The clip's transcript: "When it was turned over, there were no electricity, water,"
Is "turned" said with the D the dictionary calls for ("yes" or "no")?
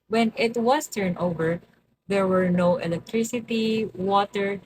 no